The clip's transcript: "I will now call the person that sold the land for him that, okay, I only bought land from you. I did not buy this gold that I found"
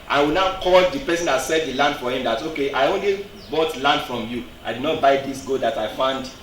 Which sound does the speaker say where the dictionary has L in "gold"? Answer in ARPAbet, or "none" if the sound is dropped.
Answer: none